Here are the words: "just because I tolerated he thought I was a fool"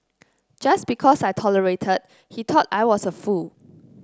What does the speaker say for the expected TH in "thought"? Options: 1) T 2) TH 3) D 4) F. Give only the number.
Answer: 1